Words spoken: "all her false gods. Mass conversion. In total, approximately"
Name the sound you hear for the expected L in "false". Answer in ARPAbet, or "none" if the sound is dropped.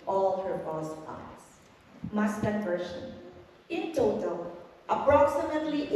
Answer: none